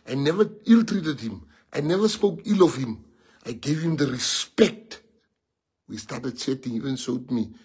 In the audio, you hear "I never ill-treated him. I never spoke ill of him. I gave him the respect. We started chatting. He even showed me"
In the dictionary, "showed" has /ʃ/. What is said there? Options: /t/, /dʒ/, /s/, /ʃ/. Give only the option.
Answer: /s/